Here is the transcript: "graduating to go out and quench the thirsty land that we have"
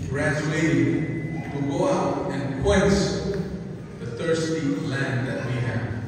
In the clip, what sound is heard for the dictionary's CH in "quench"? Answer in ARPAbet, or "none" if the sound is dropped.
S